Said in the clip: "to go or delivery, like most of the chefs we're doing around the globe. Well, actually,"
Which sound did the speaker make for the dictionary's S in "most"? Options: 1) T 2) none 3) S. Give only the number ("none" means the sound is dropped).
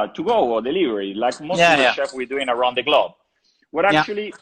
2